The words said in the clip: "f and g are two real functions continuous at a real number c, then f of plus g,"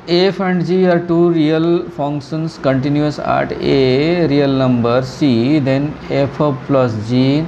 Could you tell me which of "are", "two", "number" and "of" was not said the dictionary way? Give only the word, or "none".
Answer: of